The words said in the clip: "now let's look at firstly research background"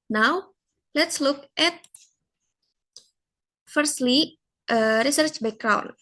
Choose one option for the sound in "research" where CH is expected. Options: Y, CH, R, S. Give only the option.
CH